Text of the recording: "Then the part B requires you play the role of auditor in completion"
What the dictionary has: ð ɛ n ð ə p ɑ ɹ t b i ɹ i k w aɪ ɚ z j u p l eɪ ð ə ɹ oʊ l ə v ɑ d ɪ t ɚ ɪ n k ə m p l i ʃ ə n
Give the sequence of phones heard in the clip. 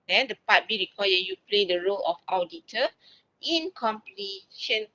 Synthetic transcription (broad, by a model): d ɛ n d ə p ɑ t b i ɹ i k w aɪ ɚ j u p l eɪ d ə ɹ oʊ l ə f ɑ d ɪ t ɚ ɪ n k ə m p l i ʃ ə n